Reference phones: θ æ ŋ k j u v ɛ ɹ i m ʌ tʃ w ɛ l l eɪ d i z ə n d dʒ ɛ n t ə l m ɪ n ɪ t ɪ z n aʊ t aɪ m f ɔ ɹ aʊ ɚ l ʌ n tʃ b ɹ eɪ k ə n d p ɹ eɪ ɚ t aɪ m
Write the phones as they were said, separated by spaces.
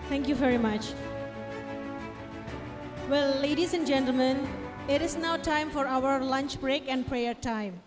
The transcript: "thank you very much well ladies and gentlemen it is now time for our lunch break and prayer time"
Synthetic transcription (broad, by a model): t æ ŋ k j u v ɛ ɹ i m ʌ tʃ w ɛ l l eɪ d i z ə n d dʒ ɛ n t l m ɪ n ɪ t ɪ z n aʊ t aɪ m f ɔ ɹ aʊ ɚ l ʌ n tʃ b ɹ eɪ k ə n d p ɹ eɪ ɚ t aɪ m